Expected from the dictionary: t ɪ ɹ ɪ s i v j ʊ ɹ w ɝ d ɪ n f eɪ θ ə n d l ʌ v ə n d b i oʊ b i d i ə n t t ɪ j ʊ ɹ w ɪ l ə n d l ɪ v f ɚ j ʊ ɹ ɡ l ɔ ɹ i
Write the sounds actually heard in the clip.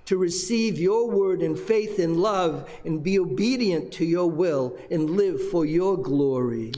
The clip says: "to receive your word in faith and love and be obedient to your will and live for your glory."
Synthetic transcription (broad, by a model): t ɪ ɹ ɪ s i v j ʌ ɹ w ɝ d ɪ n f eɪ θ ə n l ʌ v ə n b i oʊ b i d i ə n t t ɪ j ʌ ɹ w ɪ l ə n l ɪ v f ɚ j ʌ ɹ ɡ l ɔ ɹ i